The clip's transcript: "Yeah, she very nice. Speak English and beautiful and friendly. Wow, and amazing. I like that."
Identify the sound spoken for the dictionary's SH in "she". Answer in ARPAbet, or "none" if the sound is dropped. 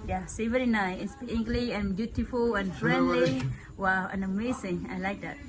S